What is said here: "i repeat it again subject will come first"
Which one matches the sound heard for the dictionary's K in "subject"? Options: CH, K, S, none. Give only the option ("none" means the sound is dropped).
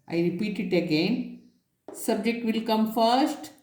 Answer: K